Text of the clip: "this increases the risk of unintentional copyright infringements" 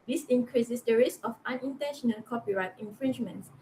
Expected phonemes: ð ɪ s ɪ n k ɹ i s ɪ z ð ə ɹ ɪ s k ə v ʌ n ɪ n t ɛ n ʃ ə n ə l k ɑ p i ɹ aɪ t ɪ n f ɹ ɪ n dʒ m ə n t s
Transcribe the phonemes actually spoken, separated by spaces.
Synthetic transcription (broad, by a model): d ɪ s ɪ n k ɹ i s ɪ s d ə ɹ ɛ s ə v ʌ n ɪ n t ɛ n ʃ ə n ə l k ɑ p i ɹ aɪ t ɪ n f ɹ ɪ n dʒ m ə n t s